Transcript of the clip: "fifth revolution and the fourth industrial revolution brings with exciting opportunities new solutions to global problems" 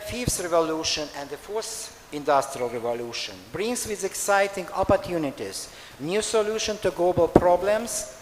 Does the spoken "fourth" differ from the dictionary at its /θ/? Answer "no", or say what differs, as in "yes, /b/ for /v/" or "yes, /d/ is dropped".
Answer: yes, /s/ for /θ/